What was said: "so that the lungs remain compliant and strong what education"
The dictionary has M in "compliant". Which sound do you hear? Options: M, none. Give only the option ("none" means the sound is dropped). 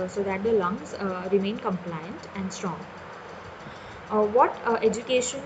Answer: M